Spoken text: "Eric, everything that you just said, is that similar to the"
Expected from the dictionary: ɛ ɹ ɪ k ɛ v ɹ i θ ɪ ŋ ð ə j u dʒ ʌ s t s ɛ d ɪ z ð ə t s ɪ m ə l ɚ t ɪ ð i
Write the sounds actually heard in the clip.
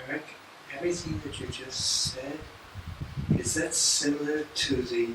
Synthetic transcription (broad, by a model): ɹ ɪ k ɛ v ɹ i θ ɪ ŋ ð ə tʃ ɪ dʒ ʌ s t s ɛ d ɪ z ð ə t s ɪ m l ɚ t ɪ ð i